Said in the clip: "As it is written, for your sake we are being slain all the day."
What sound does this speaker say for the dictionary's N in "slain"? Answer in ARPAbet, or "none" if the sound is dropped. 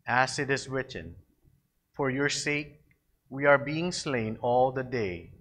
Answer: N